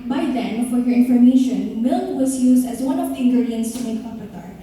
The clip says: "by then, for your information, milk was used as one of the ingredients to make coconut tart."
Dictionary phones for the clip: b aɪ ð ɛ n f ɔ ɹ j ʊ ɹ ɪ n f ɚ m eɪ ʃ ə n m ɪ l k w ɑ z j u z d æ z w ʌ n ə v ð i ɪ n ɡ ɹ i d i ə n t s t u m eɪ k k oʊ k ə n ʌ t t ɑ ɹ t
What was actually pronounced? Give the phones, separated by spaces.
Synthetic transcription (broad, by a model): b aɪ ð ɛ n f ɔ ɹ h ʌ ɹ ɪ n f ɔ m eɪ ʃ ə n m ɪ l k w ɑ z j u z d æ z w ʌ n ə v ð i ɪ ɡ i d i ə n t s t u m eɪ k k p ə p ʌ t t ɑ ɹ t